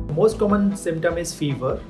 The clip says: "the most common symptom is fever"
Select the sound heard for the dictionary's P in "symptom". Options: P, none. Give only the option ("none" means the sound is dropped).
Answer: P